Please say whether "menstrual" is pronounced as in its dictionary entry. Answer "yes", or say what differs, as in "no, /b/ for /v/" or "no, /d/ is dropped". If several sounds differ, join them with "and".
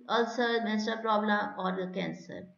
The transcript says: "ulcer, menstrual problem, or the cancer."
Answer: no, /ɹ/ is dropped